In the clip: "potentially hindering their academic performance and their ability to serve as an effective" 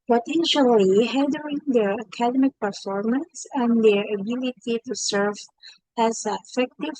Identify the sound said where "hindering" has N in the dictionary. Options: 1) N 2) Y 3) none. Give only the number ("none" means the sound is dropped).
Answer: 3